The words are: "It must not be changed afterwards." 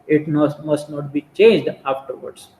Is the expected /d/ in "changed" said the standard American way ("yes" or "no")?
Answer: yes